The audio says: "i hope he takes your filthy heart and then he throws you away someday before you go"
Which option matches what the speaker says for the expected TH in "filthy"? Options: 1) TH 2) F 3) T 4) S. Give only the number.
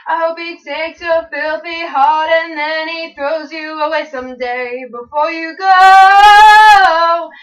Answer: 1